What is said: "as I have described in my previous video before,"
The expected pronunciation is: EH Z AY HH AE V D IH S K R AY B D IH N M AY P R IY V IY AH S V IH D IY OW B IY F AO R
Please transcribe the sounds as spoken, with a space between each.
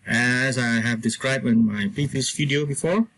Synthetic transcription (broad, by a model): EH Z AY HH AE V D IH S K R AY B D IH N M AY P IY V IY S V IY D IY OW B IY F AO R